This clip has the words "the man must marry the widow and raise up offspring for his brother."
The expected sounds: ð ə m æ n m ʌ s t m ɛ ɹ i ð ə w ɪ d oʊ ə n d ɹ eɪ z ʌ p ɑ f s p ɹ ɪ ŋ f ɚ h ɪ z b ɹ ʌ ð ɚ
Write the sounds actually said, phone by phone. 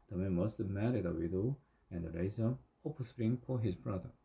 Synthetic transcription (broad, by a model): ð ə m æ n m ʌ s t m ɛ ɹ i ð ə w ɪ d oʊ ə n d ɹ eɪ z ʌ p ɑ s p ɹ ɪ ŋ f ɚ h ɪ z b ɹ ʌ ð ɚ